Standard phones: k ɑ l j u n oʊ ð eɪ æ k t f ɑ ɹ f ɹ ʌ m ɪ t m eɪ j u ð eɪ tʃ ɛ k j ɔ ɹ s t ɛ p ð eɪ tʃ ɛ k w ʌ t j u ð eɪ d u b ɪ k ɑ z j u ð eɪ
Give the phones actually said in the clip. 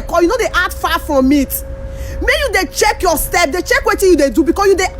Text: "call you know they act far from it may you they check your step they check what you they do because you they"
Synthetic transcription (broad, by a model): k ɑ j u n oʊ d eɪ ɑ t f ɑ f ɹ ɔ m ɪ t m eɪ j u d eɪ tʃ ɛ k j ɔ s t ɛ p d eɪ tʃ ɛ k w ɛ t j u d eɪ d u b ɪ k ɑ s j u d eɪ